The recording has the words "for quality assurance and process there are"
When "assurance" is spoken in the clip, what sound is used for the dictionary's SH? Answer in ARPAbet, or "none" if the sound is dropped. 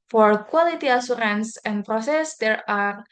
S